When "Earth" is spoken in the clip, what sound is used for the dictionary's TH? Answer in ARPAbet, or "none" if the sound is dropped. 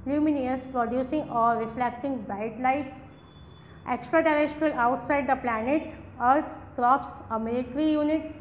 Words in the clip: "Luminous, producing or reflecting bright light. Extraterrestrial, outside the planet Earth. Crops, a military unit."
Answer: T